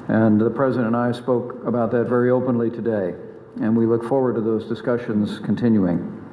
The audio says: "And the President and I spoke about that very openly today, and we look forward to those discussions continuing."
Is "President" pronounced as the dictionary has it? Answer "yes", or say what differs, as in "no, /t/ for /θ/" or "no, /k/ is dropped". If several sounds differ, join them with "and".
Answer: no, /t/ is dropped